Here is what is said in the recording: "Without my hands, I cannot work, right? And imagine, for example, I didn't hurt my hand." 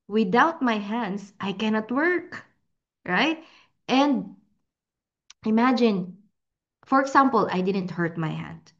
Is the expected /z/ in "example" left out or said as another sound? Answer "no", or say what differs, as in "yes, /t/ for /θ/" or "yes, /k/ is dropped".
yes, /s/ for /z/